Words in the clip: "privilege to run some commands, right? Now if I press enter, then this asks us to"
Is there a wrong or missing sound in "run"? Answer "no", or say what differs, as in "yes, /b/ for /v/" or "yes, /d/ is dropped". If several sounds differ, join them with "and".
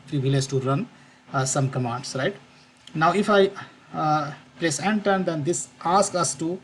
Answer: no